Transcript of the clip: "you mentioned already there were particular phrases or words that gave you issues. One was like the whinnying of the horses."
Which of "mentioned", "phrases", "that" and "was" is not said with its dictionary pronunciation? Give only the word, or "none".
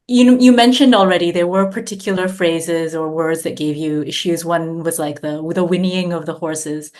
none